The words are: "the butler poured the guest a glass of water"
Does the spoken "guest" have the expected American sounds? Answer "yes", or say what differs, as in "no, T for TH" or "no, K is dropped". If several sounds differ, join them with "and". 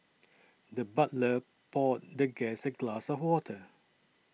no, T is dropped